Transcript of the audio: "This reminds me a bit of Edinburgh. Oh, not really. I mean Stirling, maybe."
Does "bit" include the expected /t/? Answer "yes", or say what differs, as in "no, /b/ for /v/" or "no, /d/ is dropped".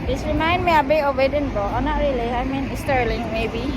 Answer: no, /t/ is dropped